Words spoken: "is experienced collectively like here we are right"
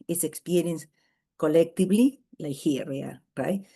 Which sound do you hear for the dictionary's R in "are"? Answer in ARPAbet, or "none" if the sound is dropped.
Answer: L